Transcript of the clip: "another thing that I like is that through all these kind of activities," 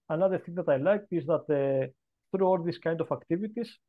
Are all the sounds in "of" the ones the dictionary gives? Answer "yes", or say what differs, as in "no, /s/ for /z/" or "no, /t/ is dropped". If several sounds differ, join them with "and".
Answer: no, /f/ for /v/